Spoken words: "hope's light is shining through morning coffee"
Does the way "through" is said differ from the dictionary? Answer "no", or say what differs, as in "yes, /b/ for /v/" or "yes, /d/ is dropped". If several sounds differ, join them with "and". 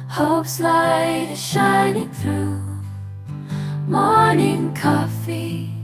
no